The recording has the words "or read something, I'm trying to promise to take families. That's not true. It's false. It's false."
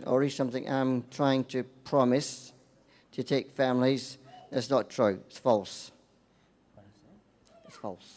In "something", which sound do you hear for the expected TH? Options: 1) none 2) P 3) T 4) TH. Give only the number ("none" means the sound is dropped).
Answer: 4